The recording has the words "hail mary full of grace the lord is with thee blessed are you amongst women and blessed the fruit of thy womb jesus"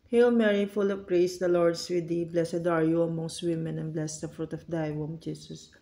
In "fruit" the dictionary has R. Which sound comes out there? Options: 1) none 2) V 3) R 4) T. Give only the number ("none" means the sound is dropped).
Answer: 3